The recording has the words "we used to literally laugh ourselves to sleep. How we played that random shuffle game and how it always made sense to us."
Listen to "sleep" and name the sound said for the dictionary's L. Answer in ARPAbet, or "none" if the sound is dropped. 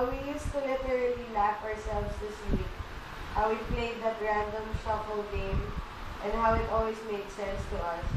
W